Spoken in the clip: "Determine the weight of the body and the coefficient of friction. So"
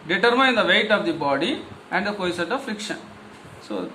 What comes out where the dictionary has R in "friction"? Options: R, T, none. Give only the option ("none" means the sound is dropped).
R